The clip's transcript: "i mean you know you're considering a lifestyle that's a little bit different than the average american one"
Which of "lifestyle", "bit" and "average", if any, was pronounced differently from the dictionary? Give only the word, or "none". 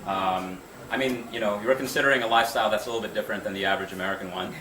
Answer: none